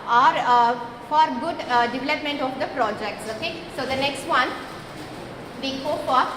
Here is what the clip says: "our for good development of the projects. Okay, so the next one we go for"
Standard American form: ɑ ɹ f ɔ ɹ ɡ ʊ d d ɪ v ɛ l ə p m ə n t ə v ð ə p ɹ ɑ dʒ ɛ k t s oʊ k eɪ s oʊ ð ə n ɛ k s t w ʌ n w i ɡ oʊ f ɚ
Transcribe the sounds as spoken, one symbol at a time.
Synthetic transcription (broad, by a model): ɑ ɹ f ɔ ɹ ɡ ʊ d d ɪ v ɛ l ə p m ə n t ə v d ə p ɹ ɑ dʒ ɛ k t s oʊ k eɪ s oʊ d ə n ɛ k s t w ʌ n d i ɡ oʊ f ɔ